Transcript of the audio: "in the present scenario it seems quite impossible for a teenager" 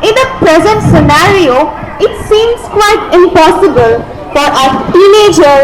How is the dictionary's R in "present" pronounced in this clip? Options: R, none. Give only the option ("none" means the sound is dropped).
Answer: R